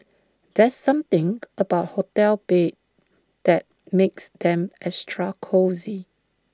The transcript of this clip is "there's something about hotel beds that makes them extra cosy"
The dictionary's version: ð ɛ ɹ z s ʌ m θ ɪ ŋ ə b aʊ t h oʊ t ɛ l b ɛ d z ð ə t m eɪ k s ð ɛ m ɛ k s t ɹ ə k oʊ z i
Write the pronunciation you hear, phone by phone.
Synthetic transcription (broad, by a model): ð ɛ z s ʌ m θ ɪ ŋ ə b aʊ t h oʊ t ɛ l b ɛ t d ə t m eɪ k s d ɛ m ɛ s t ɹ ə k oʊ z i